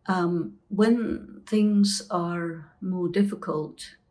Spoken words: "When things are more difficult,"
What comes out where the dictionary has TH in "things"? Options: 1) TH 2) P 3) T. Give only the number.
1